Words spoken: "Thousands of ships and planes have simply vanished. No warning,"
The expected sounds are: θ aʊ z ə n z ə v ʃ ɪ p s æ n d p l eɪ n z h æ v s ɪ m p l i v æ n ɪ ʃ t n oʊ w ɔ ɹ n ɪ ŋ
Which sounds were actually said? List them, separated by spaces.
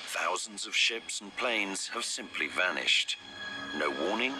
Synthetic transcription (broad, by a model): θ aʊ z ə n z ə v ʃ ɪ p s n p l eɪ n z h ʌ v s ɪ m p l i v æ n ɪ ʃ t n oʊ w ɔ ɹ n ɪ ŋ